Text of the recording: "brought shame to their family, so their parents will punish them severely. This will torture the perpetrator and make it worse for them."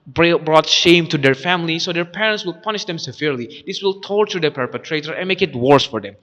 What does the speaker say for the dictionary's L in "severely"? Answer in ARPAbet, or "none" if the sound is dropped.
L